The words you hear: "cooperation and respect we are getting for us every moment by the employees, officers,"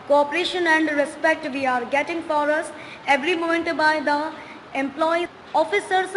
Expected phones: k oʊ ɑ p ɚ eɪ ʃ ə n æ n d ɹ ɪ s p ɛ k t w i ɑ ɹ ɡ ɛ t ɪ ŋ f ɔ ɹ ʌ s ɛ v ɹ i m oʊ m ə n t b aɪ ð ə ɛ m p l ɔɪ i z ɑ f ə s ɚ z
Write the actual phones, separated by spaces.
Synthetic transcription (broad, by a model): k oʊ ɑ p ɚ eɪ ʃ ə n æ n d ɹ ɪ s p ɛ k t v i ɑ ɹ ɡ ɛ t ɪ ŋ f ɔ ɹ ʌ s ɛ v ɹ i m oʊ m ə n t b aɪ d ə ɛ m p l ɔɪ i ɑ f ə s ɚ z